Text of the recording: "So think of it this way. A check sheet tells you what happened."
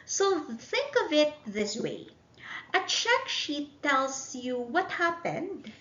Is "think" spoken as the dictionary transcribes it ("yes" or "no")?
yes